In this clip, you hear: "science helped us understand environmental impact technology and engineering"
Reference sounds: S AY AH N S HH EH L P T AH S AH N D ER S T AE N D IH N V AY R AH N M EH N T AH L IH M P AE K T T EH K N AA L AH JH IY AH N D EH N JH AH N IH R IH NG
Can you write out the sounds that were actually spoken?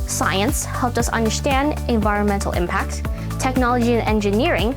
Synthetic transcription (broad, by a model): S AY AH N S HH EH L P T AH S AH N D ER S T AE N D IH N V AY R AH N M EH N T L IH M P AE K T T EH K N AA L AH JH IY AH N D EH N JH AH N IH R IH NG